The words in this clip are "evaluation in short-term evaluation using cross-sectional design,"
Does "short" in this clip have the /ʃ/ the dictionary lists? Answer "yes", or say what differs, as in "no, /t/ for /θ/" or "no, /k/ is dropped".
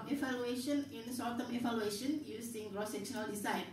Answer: no, /s/ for /ʃ/